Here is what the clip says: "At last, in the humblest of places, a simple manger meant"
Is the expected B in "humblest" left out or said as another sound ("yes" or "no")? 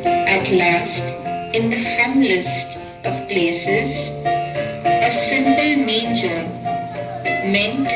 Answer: yes